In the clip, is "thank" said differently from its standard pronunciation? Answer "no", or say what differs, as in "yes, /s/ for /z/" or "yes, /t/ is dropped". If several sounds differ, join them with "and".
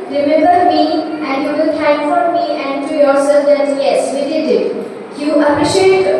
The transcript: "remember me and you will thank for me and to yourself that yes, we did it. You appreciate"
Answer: yes, /t/ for /θ/